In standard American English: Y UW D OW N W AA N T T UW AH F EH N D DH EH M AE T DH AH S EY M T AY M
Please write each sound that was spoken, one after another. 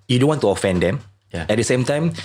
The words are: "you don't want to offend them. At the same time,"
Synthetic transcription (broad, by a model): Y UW D OW N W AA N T T UW AH F EH N D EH M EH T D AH S EY M T AY M